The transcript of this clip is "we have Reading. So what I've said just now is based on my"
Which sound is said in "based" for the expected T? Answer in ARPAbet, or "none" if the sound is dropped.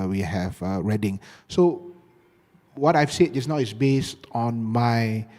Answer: T